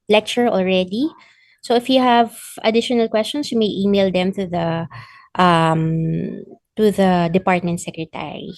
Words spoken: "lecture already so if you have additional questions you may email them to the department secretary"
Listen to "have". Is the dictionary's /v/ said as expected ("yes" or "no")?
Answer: yes